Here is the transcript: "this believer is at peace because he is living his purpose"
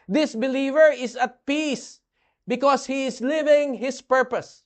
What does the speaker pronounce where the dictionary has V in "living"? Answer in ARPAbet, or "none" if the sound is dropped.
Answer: V